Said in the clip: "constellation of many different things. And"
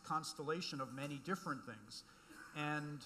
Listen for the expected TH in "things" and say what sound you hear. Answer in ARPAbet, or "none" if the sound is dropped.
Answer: TH